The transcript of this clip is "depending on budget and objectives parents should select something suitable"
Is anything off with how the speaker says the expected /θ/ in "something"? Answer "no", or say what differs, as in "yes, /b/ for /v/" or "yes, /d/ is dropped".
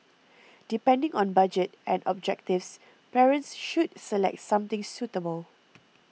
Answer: yes, /t/ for /θ/